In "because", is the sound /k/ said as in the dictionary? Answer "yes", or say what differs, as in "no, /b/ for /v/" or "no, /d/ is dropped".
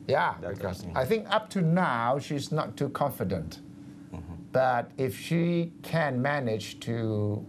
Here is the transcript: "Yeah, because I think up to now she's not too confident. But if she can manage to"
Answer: no, /k/ is dropped